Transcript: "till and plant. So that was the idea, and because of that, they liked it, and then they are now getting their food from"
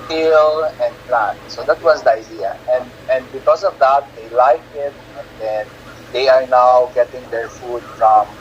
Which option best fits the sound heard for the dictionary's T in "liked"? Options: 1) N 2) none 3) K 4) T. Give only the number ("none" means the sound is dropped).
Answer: 2